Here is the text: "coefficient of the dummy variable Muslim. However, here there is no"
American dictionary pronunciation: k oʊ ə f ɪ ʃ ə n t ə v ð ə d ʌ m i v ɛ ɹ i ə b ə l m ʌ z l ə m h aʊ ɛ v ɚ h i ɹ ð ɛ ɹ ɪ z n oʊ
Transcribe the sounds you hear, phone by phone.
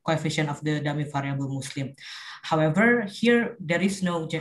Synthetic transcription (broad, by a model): k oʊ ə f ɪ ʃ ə n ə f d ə d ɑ m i f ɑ ɹ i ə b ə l m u s l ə m h aʊ ɛ v ɚ h i ɹ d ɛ ɹ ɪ s n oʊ